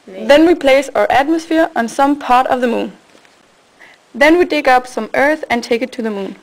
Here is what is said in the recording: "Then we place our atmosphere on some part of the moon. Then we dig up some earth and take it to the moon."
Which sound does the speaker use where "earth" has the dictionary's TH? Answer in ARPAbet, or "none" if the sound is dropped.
TH